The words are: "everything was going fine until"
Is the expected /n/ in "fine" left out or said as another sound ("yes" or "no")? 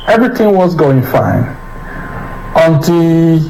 no